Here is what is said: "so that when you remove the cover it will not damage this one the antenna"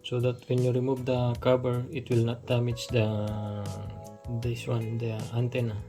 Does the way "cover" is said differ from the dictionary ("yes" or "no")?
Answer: yes